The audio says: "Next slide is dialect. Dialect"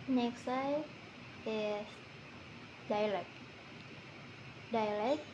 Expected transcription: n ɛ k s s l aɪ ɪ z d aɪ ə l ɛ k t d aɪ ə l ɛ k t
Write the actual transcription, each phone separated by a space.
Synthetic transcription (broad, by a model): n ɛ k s s aɪ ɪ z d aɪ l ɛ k d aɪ l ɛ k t